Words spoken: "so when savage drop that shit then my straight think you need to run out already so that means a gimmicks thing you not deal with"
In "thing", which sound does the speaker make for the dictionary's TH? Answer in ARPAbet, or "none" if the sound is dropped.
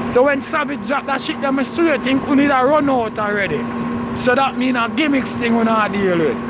T